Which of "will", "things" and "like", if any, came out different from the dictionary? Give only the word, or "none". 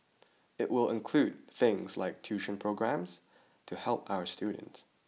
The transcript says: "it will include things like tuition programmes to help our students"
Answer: none